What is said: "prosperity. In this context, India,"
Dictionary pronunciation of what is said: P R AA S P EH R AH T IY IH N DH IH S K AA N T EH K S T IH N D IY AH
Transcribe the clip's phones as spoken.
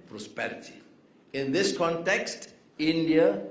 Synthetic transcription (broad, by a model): P R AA S P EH R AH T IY IH N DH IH S K AA N T EH K S T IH N D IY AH